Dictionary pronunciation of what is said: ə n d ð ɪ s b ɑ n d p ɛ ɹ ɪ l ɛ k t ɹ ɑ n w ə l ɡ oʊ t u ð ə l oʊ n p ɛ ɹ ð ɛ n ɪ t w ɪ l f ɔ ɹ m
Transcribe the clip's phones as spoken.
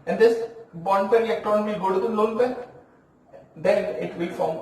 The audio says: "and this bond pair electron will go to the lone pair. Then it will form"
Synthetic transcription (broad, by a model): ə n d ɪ s b ɑ n d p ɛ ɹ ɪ ɛ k t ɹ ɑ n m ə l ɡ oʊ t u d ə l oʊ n b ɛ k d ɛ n ɪ t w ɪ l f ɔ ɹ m